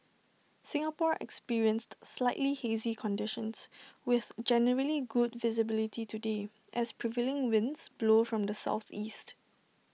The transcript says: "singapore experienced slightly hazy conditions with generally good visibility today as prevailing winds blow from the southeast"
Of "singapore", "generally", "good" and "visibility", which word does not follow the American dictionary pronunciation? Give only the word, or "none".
none